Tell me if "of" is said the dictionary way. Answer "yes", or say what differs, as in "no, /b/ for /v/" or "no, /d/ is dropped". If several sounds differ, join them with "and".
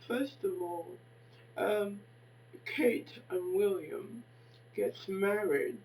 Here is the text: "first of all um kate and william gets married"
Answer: yes